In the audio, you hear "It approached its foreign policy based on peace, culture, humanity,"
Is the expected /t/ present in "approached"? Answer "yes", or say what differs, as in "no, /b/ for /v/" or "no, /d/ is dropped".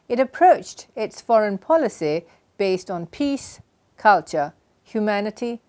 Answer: yes